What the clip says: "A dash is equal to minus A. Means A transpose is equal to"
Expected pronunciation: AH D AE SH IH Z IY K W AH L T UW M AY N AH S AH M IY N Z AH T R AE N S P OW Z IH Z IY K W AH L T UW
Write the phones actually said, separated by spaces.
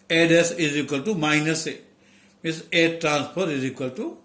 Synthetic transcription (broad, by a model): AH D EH S IH Z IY K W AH L T UW M AY N AH S AH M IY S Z AH T R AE N S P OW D IH Z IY K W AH L T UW